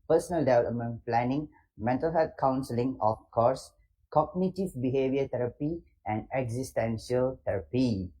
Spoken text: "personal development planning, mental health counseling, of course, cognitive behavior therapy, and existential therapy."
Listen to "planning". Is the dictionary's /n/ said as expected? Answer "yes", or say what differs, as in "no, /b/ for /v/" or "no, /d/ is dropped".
yes